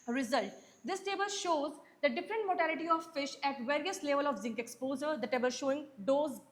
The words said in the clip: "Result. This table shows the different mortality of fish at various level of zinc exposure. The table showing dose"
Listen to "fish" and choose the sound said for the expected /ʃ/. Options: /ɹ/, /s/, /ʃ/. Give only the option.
/ʃ/